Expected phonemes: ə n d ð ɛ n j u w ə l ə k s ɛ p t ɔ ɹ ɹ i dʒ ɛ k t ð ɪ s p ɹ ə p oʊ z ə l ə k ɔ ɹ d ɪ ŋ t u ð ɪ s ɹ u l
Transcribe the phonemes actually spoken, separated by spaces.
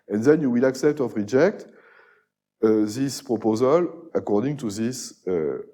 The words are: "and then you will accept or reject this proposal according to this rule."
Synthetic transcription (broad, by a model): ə n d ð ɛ n j u w ə l ə k s ɛ p t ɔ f ɹ i dʒ ɛ k t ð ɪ s p ɹ ə p oʊ z ə l ə k ɔ ɹ d ɪ ŋ t u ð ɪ s